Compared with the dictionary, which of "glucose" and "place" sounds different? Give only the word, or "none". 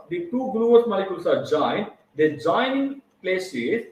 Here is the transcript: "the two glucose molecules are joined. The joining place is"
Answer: glucose